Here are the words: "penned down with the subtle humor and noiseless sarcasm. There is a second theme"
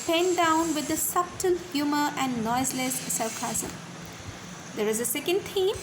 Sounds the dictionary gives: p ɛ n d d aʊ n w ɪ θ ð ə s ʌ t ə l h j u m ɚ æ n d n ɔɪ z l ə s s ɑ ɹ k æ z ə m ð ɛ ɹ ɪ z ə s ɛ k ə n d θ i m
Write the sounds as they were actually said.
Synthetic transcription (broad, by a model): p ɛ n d d aʊ n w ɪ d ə s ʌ t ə l h j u m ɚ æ n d n ɔɪ z l ə s s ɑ l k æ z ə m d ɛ ɹ ɪ z ə s ɛ k ə n d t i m